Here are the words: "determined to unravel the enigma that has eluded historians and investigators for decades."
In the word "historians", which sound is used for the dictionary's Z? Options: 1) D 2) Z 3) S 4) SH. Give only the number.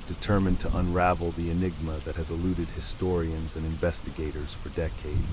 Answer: 2